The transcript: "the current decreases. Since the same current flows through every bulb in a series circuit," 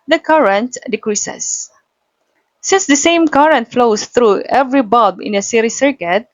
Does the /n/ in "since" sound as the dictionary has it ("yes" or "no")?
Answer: yes